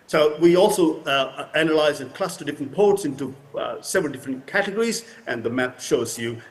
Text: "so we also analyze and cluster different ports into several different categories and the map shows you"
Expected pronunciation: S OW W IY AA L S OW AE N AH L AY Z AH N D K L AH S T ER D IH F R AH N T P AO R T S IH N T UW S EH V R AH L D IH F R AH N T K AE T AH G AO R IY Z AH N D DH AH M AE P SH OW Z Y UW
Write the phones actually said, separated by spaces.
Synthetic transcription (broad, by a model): S OW W IY AA L S OW AE N AH L AY Z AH N K L AH S T ER D IH F R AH N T P AO R T S IH N T UW S EH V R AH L D IH F R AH N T K AE T AH G AO R IY Z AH N DH AH M AE P SH OW Z Y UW